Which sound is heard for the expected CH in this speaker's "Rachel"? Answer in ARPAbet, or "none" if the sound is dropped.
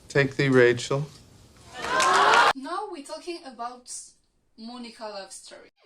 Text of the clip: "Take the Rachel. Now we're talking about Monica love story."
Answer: CH